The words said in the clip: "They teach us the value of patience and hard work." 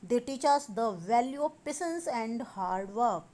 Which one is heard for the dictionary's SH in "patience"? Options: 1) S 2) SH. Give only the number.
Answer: 1